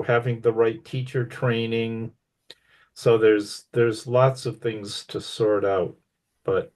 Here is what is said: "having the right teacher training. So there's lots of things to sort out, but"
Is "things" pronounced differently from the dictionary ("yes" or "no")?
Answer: no